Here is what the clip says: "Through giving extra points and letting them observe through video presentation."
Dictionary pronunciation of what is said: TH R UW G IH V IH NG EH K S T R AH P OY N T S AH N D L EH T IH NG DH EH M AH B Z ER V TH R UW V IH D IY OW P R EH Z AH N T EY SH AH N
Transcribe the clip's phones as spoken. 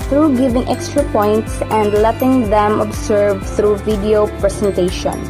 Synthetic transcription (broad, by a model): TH R UW G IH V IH NG EH K S T R AH P OY N T S AH N D L EH T IH NG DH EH M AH B S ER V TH R UW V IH D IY OW P R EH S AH N T EY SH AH N